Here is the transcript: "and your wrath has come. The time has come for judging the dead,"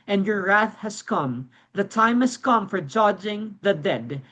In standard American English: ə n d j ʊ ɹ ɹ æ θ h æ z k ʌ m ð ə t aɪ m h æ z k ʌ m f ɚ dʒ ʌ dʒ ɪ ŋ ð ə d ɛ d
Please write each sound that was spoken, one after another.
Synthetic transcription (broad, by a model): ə n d j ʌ ɹ ɹ æ θ h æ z k ʌ m ð ə t aɪ m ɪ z k ʌ m f ɚ dʒ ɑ dʒ ɪ ŋ ð ə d ɛ d